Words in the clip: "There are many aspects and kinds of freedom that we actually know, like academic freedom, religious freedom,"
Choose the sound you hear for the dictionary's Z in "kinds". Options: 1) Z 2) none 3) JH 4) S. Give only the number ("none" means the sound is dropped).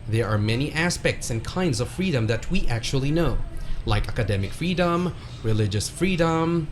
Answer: 1